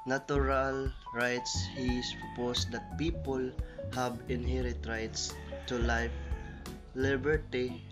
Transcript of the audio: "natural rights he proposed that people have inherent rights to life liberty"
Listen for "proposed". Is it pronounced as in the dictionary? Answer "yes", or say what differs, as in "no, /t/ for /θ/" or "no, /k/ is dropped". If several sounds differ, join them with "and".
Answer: no, /s/ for /z/